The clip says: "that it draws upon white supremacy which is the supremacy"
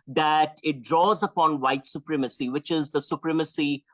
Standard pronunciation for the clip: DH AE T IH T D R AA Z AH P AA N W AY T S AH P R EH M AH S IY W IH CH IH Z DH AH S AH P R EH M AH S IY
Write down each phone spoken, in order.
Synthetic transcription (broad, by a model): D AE T IH T D R AA Z AH P AA N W AY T S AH P R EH M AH S IY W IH CH IH Z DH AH S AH P R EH M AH S IY